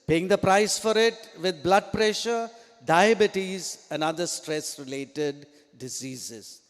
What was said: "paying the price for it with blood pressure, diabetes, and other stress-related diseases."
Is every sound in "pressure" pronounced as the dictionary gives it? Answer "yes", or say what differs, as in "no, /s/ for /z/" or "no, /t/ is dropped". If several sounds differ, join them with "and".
yes